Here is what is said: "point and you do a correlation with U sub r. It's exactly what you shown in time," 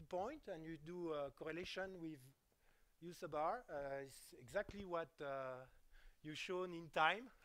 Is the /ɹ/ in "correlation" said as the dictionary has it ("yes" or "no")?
yes